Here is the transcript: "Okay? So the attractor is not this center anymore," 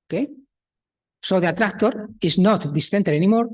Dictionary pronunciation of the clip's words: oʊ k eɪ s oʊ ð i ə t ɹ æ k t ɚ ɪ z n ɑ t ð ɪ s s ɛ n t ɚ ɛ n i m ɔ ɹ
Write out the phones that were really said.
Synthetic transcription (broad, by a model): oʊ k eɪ s oʊ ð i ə t ɹ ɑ k t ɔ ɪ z n ɑ t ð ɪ s θ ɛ n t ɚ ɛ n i m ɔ ɹ